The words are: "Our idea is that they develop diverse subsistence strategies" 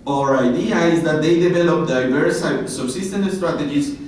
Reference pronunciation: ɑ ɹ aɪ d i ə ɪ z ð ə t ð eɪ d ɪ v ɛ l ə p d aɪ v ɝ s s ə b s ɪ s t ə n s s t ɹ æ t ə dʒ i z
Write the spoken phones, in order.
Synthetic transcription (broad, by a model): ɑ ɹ aɪ d i ə ɪ z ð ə t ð eɪ d ɪ v ɛ l ə p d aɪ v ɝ s s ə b s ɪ s t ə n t s t ɹ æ t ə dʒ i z